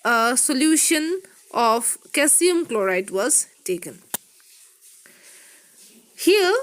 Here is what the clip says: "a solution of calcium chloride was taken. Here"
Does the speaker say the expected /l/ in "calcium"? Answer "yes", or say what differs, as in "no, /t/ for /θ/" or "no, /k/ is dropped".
no, /l/ is dropped